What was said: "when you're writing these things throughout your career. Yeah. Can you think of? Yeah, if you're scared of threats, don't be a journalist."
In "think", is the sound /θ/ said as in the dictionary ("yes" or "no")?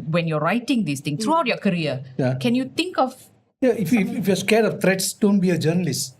no